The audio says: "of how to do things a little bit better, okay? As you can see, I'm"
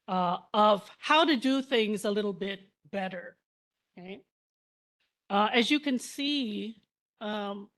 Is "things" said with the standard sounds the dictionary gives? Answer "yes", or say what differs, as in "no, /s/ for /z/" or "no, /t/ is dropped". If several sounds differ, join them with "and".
yes